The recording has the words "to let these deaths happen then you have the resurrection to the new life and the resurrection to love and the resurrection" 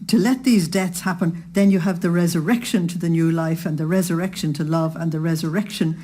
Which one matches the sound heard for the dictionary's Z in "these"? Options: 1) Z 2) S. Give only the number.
1